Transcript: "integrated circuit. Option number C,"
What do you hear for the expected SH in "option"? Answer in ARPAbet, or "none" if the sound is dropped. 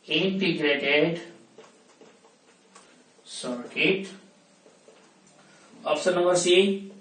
S